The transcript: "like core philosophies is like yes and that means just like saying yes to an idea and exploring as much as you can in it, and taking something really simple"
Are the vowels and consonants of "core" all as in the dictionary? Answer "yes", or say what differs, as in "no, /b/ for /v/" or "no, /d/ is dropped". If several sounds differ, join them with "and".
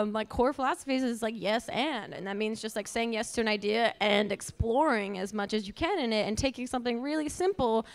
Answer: yes